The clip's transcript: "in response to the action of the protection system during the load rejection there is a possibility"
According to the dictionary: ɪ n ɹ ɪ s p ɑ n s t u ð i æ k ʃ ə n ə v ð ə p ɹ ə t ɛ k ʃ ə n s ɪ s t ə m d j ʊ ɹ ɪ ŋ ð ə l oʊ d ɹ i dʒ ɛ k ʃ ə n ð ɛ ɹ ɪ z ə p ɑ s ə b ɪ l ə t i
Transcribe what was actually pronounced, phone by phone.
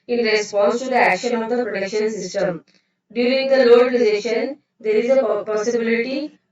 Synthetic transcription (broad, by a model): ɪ n ɹ ɪ s p ɑ n s t u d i æ k ʃ ə n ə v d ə p ɹ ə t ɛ k ʃ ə n s ɪ s t ə m d j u ɹ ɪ ŋ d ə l oʊ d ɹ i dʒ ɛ ʃ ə n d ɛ ɹ ɪ z ə p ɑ s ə b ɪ l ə t i